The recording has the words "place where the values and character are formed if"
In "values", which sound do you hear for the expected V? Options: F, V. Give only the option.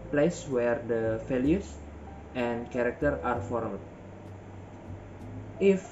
F